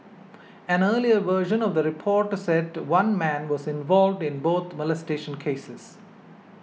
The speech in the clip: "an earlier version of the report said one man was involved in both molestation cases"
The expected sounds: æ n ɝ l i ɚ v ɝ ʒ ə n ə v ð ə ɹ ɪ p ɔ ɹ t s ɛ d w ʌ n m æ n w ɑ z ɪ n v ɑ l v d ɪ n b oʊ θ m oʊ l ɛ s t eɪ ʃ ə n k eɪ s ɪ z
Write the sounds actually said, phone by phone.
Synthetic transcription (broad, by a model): æ n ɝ l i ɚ v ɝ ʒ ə n ə v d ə ɹ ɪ p ɔ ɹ t s ɛ d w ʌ n m æ n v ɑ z ɪ n v ɑ l v d ɪ n b oʊ t m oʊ l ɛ s t eɪ ʃ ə n k eɪ s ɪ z